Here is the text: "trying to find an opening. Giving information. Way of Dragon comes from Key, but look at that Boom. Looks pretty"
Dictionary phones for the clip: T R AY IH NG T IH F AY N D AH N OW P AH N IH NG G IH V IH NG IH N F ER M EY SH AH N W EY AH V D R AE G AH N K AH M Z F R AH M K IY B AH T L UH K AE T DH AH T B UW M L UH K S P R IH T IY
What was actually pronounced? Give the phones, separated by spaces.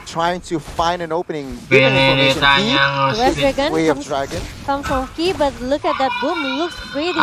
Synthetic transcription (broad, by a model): T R AY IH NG T IH F AY N D AH N OW P AH N IH NG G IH IH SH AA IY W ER EY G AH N W EY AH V D R AE G AH N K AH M F R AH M K IY B AH T L UH K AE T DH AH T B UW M L UH K S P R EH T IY